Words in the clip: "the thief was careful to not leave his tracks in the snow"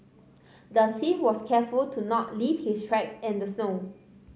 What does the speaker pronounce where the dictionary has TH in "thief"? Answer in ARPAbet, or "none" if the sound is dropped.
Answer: S